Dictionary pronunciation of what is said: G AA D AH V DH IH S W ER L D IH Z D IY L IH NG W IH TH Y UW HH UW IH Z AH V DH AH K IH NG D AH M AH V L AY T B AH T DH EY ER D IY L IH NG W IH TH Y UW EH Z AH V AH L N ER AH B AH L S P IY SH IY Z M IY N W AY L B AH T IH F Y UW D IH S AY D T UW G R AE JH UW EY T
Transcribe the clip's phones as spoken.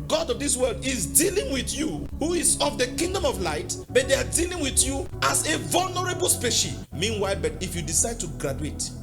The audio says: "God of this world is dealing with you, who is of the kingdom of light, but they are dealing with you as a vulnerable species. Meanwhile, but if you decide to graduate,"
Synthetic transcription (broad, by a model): G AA D AH V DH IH S W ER L D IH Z D IY L IH NG W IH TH Y UW HH UW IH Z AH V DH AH K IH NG D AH M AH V L AY T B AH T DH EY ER D IY L IH NG W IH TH Y UW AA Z AH V AH L N ER AH B AH L S P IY SH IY M IY N W AY L B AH T IH F Y UW D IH S AY D T UW G R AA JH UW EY T